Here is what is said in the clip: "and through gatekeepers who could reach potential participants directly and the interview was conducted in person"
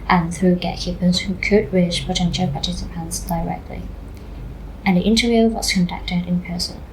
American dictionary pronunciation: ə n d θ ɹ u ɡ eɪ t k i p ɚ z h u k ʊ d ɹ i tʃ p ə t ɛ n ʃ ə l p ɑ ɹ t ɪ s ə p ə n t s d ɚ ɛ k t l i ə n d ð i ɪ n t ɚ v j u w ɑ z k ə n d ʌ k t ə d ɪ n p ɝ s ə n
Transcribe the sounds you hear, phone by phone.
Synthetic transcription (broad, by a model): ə n θ ɹ u ɡ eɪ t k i p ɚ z h u k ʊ d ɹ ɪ ʃ p ə t ɛ n ʃ ə l p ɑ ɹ t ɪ s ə p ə n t s d ɚ ɛ k t l i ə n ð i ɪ n t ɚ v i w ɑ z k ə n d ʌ k t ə d ɪ n p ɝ s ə n